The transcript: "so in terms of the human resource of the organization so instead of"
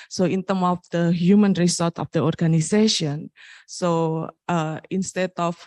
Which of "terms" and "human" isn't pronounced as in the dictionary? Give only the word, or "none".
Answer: terms